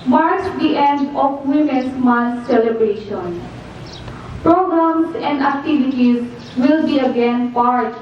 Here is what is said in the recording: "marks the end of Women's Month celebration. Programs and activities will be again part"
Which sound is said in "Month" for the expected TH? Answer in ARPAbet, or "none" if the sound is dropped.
S